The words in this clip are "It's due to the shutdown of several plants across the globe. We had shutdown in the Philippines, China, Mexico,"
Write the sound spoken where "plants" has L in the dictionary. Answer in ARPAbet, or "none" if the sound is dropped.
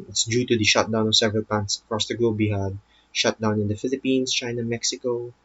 none